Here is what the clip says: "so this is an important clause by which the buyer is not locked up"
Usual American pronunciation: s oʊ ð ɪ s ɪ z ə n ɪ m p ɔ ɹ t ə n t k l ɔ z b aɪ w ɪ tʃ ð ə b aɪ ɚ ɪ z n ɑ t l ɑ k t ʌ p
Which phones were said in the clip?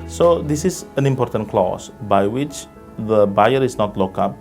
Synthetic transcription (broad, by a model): s oʊ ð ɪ s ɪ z ə n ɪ m p ɔ ɹ t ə n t k l ɔ s b aɪ w ɪ tʃ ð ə b aɪ ɚ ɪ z n ɑ t l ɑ k ʌ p